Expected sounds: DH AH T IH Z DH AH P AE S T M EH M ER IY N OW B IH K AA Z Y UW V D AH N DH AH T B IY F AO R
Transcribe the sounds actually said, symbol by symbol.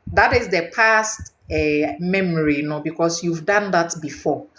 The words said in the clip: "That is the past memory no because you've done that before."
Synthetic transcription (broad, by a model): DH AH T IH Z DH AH P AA S T M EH M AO IY N OW B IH K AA S Y UW V D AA N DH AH T B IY F AO